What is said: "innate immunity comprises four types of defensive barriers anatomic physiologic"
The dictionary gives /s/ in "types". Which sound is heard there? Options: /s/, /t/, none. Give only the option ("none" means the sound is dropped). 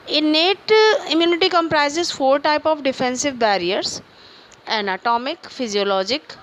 none